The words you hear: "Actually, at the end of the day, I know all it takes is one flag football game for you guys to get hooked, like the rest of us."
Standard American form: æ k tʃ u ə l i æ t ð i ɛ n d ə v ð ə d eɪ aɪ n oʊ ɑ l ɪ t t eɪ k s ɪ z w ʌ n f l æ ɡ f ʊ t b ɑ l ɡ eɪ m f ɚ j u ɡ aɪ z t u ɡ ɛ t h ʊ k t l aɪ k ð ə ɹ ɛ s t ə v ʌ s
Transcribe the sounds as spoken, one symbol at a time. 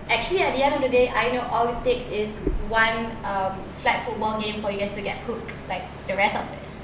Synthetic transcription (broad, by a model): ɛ k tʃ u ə l i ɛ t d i ɛ n d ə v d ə d eɪ aɪ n oʊ ɑ l ɪ t t eɪ k s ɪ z w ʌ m f l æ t f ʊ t b ɑ l ɡ eɪ m f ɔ j u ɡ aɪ s t u ɡ ɛ t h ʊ k l aɪ k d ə ɹ ɛ s t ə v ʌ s